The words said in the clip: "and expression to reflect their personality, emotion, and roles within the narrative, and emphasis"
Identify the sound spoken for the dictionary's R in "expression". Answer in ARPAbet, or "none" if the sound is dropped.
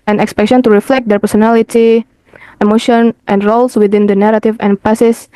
none